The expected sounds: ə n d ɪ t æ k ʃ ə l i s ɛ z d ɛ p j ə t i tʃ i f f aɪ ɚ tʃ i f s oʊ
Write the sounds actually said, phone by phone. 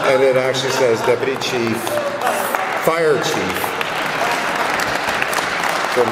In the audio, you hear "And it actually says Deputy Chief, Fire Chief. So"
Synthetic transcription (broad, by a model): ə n ɪ t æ k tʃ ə l i s ɛ z d ɛ p j ə t i tʃ i f f aɪ ɚ tʃ i f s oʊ